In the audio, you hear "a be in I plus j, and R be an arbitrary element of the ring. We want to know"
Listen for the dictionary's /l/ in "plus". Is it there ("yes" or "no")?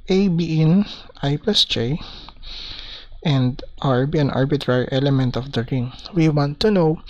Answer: no